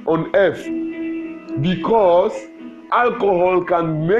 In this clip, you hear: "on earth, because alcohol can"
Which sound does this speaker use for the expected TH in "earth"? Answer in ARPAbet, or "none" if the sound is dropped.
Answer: F